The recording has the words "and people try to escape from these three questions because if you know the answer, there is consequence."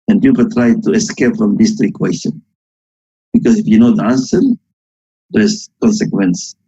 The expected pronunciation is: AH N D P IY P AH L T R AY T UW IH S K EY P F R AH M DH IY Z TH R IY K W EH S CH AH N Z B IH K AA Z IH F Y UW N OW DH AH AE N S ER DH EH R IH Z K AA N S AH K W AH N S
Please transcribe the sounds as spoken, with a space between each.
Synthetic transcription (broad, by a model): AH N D P IY P AH L T R AY T UW IH S K EY P F R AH M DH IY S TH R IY K W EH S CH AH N B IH K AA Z IH F Y UW N OW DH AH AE N S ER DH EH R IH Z K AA N S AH K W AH N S